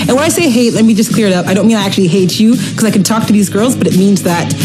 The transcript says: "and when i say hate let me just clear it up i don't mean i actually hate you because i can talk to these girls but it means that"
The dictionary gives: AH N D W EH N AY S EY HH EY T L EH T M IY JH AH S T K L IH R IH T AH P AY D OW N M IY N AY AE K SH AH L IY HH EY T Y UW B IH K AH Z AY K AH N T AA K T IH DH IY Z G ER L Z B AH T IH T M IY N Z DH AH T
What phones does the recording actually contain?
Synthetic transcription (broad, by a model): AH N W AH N AY S EY HH EY T L EH T M IY JH AH S K L IH R IH T AH P AY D OW N M IY N AY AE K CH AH L IY HH EY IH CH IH K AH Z AY K N T AA K T IH DH IY Z G ER L Z B AH T IH T M IY N Z DH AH T